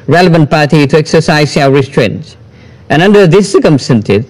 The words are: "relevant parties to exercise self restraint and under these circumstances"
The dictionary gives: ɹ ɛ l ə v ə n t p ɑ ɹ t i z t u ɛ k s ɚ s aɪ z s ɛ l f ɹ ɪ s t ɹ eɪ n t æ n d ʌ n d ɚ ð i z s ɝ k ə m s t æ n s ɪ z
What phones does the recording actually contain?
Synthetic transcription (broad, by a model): ɹ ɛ l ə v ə n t p ɑ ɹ t i t u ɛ k s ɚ s aɪ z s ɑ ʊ ɹ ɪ s t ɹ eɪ n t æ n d ʌ n d ɚ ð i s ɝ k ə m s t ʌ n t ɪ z